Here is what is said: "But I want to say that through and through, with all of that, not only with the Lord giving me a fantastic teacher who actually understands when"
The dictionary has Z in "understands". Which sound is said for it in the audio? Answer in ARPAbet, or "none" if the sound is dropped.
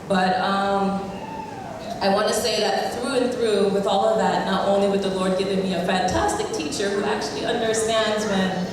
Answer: Z